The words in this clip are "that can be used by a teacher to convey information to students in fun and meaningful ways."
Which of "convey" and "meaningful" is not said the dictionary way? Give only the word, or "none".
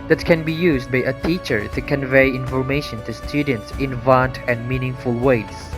none